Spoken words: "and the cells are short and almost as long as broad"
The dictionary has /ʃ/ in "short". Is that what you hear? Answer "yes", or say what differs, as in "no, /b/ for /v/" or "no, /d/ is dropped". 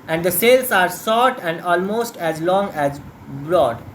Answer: no, /s/ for /ʃ/